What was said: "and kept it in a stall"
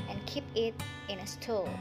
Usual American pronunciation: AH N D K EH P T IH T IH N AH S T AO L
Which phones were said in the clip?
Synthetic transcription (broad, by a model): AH N K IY P IH T IH N AH S T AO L